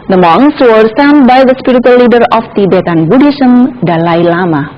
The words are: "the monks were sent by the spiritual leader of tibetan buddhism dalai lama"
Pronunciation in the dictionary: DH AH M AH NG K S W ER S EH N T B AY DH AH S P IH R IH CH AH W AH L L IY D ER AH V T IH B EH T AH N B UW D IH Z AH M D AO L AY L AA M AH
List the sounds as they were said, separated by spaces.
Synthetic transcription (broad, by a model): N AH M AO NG S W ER S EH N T B AY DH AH S P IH R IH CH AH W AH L L IY D ER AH F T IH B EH T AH N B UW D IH S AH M D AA L AY L AA M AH